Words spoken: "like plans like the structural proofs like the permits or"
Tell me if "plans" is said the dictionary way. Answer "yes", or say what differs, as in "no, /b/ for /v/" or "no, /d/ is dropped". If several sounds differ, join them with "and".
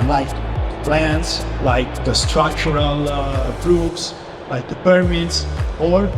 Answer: no, /s/ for /z/